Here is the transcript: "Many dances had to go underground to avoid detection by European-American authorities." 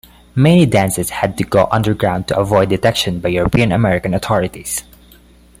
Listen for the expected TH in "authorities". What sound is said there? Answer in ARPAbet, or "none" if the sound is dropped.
T